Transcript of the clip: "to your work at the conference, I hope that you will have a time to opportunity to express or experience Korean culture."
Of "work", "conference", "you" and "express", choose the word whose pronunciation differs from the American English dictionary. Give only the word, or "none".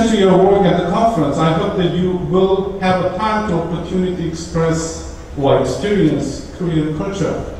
none